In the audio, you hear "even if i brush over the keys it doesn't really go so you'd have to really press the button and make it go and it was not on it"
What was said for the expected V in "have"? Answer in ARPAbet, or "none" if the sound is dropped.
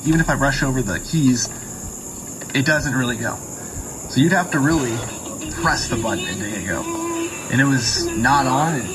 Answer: F